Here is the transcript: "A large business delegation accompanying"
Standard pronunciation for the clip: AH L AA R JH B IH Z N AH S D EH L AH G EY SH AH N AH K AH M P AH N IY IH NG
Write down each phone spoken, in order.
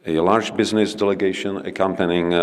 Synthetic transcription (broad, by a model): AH L AA R JH B IH Z N AH S D EH L AH G EY SH AH N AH K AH M P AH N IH NG